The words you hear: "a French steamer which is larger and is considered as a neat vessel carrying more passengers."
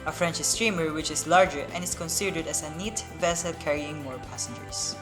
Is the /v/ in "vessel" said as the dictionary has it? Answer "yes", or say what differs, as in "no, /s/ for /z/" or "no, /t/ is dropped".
yes